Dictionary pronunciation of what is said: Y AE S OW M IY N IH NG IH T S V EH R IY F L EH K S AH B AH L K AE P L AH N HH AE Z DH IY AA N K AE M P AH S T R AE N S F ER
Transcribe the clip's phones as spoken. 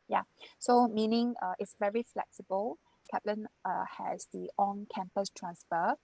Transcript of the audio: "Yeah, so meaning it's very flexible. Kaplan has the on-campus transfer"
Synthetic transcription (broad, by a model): Y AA S OW M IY N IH NG IH T S V EH R IY F L EH K S AH B AH L K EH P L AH N HH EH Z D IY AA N K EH M P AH S T R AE N S F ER